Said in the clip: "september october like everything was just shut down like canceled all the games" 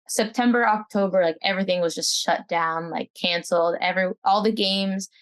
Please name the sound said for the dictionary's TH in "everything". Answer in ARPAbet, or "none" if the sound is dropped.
TH